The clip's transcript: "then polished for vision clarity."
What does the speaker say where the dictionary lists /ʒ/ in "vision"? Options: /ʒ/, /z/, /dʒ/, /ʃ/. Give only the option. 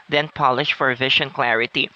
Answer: /ʃ/